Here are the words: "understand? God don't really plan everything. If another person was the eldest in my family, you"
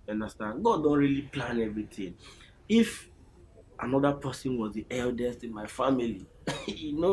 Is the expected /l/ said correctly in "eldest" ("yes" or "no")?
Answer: yes